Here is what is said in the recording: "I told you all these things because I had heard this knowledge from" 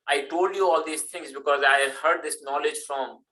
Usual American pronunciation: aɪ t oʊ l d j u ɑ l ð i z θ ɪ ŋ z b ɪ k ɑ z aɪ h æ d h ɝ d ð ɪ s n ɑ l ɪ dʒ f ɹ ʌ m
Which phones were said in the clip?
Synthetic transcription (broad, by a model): aɪ t oʊ l d j u ɑ l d i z t ɪ ŋ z b ɪ k ɑ z aɪ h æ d h ɝ d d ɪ s n ɑ l ɪ dʒ f ɹ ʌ m